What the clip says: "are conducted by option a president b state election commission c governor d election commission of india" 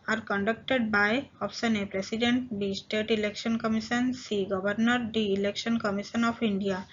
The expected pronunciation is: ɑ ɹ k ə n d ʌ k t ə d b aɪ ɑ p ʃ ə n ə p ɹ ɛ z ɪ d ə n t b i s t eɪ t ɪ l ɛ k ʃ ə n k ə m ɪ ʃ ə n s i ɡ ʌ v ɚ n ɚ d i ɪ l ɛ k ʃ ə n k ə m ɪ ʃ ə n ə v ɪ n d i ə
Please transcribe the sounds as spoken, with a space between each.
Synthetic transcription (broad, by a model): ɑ ɹ k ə n d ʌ k t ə d b aɪ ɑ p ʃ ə n ə p ɹ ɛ s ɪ d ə n t b i s t eɪ t ɪ l ɛ k ʃ ə n k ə m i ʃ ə n s i ɡ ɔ b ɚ n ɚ d i ɪ l ɛ k ʃ ə n k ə m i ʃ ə n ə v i n d i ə